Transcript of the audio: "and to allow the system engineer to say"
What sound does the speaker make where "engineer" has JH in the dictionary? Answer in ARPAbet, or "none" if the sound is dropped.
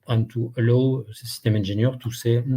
ZH